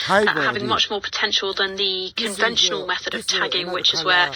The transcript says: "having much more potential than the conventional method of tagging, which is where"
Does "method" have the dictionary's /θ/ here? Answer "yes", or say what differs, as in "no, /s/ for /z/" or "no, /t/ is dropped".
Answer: yes